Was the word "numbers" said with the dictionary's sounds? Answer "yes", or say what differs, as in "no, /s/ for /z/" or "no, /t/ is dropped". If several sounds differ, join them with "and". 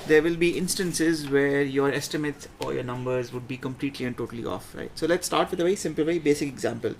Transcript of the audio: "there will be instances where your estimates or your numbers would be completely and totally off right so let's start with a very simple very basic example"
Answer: yes